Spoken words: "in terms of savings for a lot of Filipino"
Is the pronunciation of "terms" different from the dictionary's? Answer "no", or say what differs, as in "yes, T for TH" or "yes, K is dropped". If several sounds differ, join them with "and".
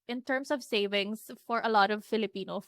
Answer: yes, S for Z